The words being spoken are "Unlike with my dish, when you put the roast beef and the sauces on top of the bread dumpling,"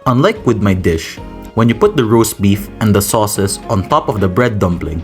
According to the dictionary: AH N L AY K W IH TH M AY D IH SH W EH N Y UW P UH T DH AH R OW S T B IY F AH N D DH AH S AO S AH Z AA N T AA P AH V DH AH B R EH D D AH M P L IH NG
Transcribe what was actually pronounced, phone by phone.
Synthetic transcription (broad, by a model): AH N L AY K W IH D M AY D IH SH W EH N Y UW P UH T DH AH R OW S B IY F AH N D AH S AO S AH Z AA N T AA P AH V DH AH B R EH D D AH M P L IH NG